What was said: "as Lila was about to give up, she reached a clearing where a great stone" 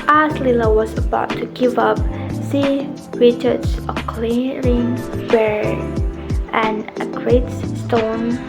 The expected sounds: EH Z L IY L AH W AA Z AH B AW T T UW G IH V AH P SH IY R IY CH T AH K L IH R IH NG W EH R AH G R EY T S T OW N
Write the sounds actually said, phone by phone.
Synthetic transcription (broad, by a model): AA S L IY L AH W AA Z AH B AW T T UW G IH V AH P S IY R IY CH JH AH K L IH R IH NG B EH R AH G R EY T S T OW N